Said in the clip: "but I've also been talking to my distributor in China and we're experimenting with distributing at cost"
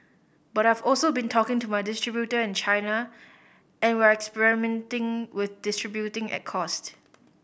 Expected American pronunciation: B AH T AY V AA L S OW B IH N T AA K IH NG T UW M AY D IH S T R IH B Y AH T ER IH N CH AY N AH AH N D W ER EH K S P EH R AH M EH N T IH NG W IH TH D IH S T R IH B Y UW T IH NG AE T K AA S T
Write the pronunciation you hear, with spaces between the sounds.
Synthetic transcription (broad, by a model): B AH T AY V AA L S OW B IH N T AA K IH NG T UW M AY D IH S T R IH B Y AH T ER IH N CH AY N AH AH N W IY EH K S P EH R AH M EH N T IH NG W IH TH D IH S T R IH B Y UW T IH NG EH T K AA S T